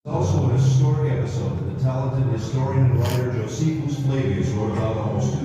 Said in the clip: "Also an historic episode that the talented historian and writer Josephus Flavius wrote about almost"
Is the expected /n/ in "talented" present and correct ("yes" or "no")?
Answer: yes